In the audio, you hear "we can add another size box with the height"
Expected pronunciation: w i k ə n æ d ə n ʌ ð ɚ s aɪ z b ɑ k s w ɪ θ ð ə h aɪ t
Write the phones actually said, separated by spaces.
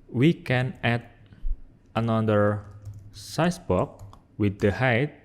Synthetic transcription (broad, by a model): w i k ə n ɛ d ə n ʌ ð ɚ s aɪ s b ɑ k w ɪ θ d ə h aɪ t